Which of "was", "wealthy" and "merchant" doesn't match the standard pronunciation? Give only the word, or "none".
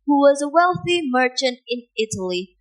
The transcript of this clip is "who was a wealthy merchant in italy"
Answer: none